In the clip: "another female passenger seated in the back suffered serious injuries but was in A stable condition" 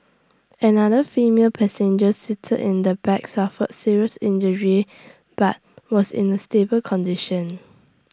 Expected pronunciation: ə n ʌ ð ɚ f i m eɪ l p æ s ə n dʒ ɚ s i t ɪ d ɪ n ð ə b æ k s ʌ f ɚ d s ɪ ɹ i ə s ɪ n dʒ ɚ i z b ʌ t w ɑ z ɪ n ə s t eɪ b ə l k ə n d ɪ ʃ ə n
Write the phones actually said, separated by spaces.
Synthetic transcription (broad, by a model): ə n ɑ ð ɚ f i m eɪ l p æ s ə n dʒ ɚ s i t ɪ d ɪ n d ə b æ k s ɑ f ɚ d s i ɹ i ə s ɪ n dʒ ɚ i b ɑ t w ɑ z ɪ n ə s t eɪ b ə l k ə n d ɪ ʃ ə n